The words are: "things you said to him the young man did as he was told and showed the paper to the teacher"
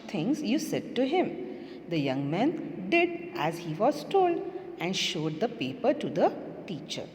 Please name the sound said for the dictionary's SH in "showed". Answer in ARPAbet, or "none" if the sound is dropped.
SH